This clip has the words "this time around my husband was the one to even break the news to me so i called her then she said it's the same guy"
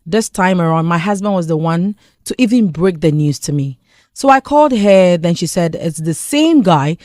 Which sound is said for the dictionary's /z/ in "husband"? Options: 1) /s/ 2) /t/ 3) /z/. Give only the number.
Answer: 3